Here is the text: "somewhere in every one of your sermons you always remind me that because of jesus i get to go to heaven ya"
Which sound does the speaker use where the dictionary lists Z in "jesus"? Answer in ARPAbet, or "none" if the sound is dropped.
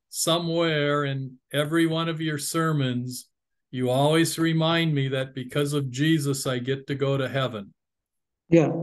Z